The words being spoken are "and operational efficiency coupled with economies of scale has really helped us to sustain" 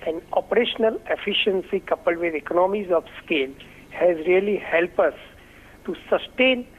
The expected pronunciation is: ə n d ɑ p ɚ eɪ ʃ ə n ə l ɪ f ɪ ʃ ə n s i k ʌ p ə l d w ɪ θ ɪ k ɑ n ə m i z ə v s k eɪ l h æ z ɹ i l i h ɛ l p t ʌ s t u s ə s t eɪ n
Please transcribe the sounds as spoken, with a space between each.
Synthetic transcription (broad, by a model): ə n ɑ p ɚ eɪ ʃ ə n ə l ɪ f ɪ ʃ ə n s i k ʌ p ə l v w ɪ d ɪ k ɑ n ə m i z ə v s k eɪ l h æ z ɹ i l i h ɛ l p ʌ s t u s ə s t eɪ n